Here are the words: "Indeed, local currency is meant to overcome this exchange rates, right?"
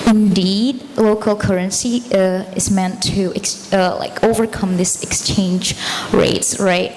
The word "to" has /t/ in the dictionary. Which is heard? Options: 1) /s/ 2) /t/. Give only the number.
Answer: 1